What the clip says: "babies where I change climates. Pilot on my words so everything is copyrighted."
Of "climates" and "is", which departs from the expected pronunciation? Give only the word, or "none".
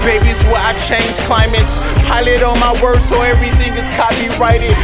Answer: is